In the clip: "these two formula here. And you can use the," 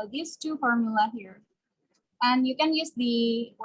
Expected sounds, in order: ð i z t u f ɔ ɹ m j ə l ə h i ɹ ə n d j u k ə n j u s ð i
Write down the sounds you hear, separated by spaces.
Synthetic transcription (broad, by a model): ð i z t u f ɔ ɹ m j ə l ə h i ɹ ə n d j u k ə n j u s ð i